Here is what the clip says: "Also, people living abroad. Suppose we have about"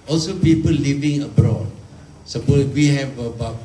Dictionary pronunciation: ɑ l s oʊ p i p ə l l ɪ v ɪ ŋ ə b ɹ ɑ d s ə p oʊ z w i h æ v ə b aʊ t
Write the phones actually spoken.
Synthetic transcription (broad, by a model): ɑ l s oʊ p i p ə l l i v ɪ ŋ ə b ɹ ɑ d s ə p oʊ w i h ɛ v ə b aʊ